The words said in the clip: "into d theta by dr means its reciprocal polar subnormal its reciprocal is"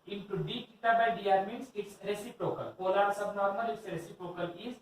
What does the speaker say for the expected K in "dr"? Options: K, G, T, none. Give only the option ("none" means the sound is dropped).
none